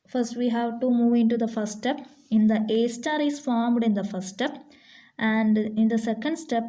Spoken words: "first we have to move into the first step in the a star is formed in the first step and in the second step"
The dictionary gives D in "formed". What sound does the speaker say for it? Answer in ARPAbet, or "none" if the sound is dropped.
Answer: D